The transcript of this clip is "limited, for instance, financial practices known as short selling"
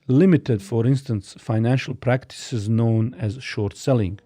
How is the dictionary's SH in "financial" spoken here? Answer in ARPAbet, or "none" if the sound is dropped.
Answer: SH